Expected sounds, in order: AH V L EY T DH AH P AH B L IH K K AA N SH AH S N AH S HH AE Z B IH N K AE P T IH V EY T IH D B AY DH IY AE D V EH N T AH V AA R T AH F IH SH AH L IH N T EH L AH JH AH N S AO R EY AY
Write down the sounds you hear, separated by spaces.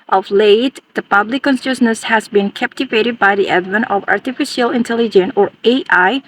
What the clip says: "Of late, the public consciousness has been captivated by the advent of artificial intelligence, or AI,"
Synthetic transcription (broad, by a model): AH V L EY T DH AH P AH B L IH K K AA N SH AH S N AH S HH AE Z B IH N K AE P T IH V EY T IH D B AY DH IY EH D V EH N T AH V AA R T AH F IH SH AH L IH N T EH L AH JH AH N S AO R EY AY